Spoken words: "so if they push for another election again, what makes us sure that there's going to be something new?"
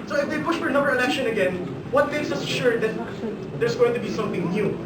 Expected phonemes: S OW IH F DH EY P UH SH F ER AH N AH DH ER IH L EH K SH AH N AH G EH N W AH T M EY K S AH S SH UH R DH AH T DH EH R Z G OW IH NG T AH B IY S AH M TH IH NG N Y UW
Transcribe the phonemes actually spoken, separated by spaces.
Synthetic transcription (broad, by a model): S OW IH F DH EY P UH SH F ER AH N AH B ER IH N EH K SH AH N AH G EH N W AH T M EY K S AH S SH UH R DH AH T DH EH R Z G OW IH NG T AH B IY S AH M TH IH NG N Y UW